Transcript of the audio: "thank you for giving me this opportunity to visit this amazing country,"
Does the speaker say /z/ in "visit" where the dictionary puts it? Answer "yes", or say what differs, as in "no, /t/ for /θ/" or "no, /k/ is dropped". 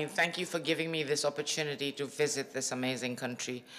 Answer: yes